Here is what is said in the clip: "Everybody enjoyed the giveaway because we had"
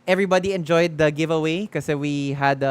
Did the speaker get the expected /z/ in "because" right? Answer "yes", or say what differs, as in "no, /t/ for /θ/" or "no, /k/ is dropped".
no, /z/ is dropped